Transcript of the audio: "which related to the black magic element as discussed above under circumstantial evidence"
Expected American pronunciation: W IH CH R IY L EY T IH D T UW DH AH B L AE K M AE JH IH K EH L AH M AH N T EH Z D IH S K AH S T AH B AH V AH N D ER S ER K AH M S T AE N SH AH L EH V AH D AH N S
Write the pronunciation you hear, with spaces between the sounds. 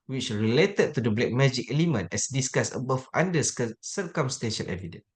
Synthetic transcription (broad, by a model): W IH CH R IY L EY T IH D T UW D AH B L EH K M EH JH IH K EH L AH M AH N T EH S D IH S K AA S AH B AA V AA N D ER S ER K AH M S T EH N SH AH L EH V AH D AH N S